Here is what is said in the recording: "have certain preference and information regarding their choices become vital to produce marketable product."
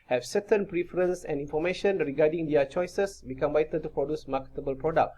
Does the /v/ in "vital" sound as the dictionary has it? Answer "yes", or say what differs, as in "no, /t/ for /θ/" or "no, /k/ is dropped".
no, /b/ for /v/